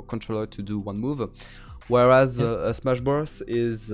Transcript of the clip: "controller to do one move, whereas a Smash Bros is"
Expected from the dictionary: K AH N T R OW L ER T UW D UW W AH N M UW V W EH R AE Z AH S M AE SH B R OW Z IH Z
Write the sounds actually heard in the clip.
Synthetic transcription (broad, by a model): K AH N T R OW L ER T UW D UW W AH N M UW V W EH R AE Z AH S M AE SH B R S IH Z